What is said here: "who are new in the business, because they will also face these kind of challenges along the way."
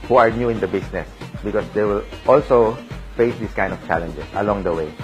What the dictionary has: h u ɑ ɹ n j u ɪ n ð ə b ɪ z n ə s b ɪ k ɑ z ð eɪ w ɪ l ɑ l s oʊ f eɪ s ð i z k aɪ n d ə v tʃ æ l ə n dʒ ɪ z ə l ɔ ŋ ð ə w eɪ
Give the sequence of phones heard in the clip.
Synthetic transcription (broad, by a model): h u ɑ ɹ n j u ɪ n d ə b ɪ s n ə s b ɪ k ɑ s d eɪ w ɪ l ɑ l s oʊ f eɪ s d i s k aɪ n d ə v tʃ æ l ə n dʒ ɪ s ə l ɔ ŋ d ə w eɪ